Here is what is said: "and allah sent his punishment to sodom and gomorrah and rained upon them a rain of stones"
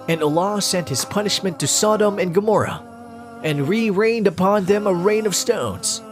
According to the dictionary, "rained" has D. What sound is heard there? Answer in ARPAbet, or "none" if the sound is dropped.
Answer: D